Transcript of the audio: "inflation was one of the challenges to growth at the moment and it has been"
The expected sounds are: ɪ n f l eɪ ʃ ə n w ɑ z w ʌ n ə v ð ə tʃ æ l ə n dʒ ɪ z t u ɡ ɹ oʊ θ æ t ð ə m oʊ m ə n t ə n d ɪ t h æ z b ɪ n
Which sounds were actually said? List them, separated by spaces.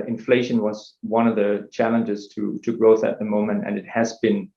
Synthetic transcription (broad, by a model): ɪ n f l eɪ ʃ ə n w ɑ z w ʌ n ə v ð ə tʃ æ l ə n dʒ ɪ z t u ɡ ɹ oʊ θ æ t ð ə m oʊ m ə n t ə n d ɪ t h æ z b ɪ n